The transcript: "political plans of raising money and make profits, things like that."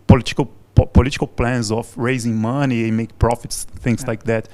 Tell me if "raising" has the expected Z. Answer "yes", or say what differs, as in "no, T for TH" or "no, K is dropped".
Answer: yes